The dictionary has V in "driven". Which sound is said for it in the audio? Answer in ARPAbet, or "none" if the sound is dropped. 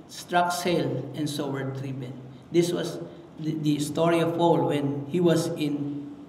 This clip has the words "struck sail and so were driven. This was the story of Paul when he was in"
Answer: P